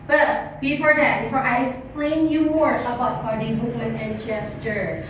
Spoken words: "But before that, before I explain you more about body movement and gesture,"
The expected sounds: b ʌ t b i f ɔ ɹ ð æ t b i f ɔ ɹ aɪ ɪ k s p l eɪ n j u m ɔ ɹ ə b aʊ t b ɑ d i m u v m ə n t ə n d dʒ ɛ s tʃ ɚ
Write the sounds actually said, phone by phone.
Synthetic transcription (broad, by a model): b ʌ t b i f ɔ ɹ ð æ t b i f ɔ ɹ aɪ ɪ k s p l eɪ n j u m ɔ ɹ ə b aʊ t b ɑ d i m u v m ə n ə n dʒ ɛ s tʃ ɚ